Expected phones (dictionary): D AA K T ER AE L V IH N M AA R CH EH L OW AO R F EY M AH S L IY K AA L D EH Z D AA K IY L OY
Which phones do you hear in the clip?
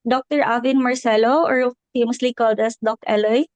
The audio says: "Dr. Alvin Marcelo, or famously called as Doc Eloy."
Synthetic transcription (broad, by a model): D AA K T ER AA V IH N M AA R S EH L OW AO R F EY M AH S L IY K AA L D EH S D AA K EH L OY